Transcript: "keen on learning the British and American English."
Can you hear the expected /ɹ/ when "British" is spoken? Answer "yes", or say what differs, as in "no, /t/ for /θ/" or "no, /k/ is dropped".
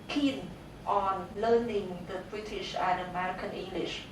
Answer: yes